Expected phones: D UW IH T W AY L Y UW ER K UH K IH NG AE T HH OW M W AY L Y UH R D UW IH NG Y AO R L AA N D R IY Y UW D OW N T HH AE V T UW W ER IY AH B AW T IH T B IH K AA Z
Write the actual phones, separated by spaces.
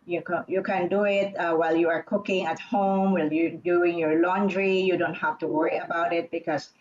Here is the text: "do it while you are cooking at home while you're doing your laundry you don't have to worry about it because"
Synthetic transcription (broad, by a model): D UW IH T W AY L Y UW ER K UH K IH NG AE T HH OW M W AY L Y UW D UW IH NG Y AO R L AA N D R IY Y UW D OW N T HH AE F T UW W ER IY AH B AW T IH T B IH K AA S